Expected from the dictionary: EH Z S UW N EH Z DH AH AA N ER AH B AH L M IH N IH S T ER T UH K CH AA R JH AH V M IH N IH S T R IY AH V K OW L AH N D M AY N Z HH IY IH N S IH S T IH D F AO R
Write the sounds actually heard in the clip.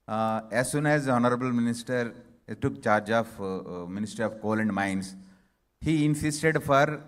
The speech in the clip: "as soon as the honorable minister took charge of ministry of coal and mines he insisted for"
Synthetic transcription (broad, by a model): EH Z S UW N EH Z AA N ER AH B AH L M IH N IH S T ER T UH K CH AA R JH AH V M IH N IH S T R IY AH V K OW L AH N D M AY N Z HH IY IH N S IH S T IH D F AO R